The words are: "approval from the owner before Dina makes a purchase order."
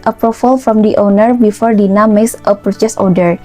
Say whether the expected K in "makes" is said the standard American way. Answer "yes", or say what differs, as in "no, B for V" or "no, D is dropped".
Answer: no, K is dropped